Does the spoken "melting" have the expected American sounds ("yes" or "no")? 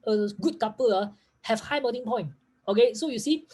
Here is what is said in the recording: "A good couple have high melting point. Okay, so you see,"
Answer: no